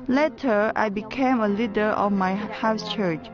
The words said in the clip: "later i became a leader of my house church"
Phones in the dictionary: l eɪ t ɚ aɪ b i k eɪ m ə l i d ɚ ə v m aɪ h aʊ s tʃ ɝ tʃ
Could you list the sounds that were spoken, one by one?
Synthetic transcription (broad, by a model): l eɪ t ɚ aɪ b i k eɪ m ə l i d ɚ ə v m aɪ h aʊ s tʃ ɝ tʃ